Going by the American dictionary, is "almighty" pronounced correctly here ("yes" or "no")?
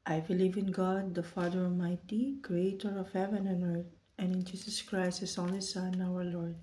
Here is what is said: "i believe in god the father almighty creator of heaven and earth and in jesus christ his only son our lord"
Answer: no